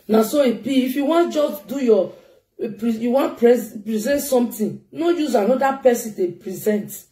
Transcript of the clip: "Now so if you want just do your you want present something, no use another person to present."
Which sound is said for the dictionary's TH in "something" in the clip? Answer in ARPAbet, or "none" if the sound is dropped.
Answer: T